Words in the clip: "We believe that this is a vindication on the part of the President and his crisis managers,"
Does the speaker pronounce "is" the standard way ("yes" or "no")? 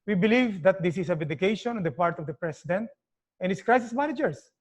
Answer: no